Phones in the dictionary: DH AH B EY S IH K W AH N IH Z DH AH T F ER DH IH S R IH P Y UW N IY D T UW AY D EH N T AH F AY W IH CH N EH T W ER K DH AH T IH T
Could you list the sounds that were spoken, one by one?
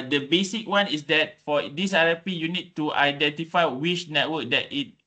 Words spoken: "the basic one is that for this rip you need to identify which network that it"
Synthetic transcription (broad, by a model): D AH B EY S IH K W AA N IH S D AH T F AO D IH S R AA P Y UW N IY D T UW AY D EH N T AH F AY W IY SH N EH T W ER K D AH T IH T